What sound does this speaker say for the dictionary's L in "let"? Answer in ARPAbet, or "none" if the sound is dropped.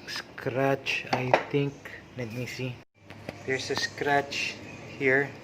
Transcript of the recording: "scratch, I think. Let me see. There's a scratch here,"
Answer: N